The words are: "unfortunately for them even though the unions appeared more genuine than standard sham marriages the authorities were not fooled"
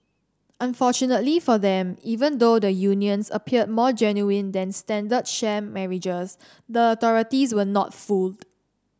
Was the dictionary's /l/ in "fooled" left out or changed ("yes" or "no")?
no